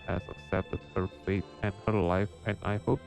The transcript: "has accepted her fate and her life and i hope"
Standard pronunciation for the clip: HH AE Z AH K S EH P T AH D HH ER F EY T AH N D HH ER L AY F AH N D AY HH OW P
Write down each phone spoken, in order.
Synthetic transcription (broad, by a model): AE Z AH S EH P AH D HH ER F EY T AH N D HH ER L AY F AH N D AY HH OW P